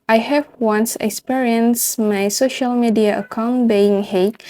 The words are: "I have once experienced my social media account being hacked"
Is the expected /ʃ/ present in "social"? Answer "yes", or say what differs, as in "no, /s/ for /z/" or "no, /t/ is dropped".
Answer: yes